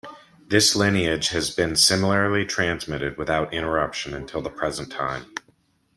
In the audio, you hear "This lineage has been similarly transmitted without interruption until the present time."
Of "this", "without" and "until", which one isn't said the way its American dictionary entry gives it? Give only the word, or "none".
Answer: none